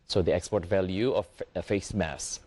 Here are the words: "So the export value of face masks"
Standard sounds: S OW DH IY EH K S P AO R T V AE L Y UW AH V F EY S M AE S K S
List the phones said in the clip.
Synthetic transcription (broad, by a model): S OW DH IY EH K S P AO R T V AE L Y UW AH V F EY S M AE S S